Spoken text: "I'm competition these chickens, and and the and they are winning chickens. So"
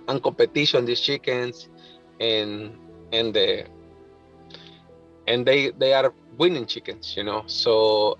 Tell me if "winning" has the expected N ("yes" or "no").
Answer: yes